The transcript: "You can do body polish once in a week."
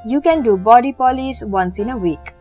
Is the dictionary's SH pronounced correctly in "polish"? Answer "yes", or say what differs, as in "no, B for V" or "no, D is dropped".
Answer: no, S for SH